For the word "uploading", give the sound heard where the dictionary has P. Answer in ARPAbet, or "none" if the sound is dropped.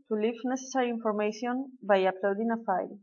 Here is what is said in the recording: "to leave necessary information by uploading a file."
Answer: P